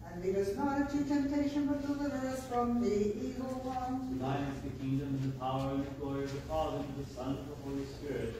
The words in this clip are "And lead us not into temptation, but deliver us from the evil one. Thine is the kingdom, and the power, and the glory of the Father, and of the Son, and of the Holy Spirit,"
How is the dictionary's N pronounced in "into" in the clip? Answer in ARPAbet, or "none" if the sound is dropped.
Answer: none